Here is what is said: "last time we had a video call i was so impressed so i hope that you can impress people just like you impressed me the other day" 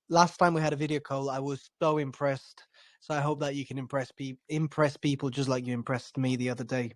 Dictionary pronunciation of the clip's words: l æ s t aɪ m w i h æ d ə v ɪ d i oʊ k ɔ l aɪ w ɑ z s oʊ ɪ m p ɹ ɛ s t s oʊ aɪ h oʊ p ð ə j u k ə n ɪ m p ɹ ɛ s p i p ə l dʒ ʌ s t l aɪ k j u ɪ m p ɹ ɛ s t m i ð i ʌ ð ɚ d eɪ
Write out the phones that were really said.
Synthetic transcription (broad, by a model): l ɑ s t aɪ m w i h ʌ d ə v ɪ d i oʊ k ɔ l aɪ w ɑ z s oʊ ɪ m p ɹ ɛ s t s oʊ aɪ h oʊ p ð ə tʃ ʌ k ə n ɪ m p ɹ ɛ s p i p ə l dʒ ʌ s t l aɪ k j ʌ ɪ m p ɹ ɛ s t m i ð i ʌ ð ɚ d eɪ